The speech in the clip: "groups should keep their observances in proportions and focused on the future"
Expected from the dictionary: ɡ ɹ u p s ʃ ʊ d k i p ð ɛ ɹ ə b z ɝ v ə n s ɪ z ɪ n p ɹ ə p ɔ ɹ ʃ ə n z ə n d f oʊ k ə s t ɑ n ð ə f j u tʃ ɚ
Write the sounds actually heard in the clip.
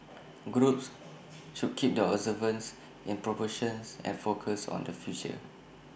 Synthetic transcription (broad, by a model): ɡ ɹ u p s ʃ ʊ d k i p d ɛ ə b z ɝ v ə n s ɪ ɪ n p ɹ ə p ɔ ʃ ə n s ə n f oʊ k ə s ɑ n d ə f j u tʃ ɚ